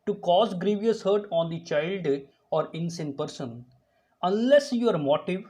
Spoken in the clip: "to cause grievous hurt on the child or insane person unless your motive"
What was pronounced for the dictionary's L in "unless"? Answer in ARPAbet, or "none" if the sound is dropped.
L